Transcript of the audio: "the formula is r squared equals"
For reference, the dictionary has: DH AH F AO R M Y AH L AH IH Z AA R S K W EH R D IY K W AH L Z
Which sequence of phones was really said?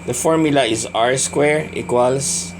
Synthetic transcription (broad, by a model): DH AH F AO R M Y AH L AH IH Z AA R S K W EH R IY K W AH L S